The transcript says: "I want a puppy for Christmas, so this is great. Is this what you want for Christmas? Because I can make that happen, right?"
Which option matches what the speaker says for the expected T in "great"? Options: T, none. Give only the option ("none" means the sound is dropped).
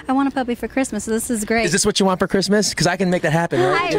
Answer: none